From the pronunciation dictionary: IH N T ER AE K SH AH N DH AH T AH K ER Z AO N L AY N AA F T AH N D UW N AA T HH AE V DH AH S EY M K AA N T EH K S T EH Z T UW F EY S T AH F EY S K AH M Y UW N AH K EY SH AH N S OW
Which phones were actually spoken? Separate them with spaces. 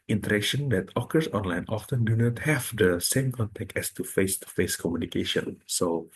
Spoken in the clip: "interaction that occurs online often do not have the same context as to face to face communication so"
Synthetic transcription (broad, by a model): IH N T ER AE K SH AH N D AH T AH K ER S AO N L AY N AA F T AH N D UW N AA T HH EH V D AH S EY M K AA N T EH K T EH S T UW F EY S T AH F EY S K AH M Y UW N AH K EY SH AH N S OW